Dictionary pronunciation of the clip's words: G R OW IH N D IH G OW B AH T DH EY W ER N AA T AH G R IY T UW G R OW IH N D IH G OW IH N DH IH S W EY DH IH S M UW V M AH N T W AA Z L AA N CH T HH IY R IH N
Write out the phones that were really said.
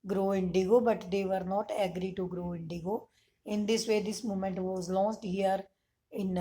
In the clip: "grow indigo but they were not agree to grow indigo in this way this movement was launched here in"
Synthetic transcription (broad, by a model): G R OW IH N D IH G OW B AH T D EY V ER N AA T AH G R IY T UW G R OW IH N D IH G OW IH N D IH S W EY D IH S M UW M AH N T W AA Z L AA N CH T HH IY R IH N